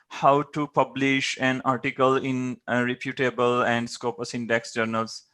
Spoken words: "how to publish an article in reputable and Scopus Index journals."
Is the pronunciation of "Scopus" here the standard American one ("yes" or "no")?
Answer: yes